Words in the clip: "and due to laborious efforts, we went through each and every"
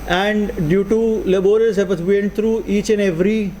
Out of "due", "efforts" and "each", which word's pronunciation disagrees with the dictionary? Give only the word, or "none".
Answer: efforts